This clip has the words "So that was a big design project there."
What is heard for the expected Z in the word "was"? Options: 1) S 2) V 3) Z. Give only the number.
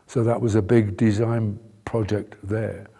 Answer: 3